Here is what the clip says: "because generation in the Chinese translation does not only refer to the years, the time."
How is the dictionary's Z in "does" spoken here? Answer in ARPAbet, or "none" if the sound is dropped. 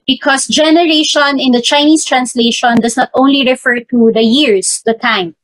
S